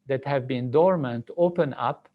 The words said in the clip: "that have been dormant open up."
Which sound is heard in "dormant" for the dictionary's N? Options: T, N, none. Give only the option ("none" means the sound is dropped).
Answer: N